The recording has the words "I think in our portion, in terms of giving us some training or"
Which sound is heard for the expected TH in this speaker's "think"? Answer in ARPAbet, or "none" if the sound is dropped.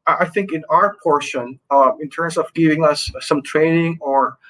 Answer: TH